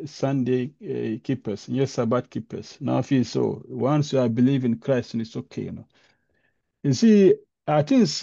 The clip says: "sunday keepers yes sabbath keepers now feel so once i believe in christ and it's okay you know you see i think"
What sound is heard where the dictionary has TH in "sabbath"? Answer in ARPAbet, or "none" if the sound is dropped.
T